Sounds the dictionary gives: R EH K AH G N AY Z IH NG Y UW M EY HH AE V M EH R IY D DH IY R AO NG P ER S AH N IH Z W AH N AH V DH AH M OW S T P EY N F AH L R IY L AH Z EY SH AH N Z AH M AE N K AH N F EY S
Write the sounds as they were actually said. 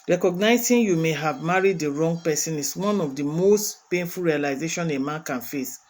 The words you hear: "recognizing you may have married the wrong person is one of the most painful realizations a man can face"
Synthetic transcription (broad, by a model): R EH K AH G N AY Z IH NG Y UW M EY HH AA V M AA R IY D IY R AO NG P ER S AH N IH S W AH N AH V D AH M OW S T P EY N F AH L R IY L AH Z EY SH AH N AH M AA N K AH N F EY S